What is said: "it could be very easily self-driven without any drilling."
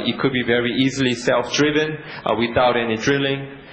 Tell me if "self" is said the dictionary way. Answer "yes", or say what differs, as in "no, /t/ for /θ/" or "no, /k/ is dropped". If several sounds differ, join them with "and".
yes